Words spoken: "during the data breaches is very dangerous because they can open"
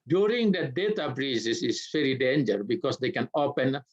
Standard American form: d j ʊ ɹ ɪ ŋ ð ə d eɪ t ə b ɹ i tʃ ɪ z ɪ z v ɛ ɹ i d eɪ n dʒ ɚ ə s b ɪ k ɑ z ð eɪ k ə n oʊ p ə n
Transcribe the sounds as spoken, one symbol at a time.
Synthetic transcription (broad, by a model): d j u ɹ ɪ ŋ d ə d eɪ t ə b ɹ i s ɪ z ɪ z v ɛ ɹ i d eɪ n dʒ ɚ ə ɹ b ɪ k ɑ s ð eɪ k ə n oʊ p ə n